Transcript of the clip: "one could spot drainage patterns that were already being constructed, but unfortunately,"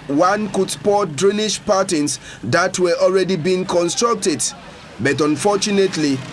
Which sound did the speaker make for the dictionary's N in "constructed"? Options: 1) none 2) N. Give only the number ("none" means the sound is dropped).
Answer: 2